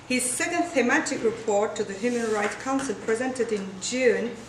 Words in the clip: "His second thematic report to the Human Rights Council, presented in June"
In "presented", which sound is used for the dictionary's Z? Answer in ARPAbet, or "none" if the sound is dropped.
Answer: Z